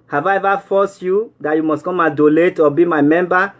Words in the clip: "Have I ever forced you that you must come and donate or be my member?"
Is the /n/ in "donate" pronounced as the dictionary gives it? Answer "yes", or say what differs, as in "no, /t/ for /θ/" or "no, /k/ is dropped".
no, /l/ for /n/